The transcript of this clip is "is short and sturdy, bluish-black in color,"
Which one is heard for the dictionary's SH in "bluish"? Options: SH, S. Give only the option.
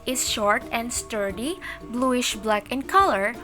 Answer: SH